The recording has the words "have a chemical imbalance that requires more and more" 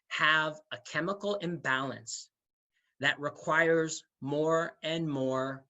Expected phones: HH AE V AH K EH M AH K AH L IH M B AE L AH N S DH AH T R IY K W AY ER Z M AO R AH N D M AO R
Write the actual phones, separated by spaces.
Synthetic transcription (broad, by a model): HH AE V AH K EH M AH K L IH M B AE L AH N S DH AH T R IY K W AY ER Z M AO R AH N M AO R